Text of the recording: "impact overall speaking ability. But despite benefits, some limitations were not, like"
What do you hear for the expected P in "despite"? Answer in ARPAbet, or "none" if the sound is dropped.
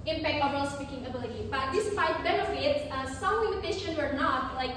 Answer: F